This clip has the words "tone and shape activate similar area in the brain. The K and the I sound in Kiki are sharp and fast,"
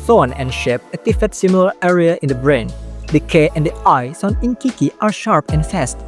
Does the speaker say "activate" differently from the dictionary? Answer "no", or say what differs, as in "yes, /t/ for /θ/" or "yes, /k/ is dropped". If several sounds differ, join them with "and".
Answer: yes, /k/ is dropped and /f/ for /v/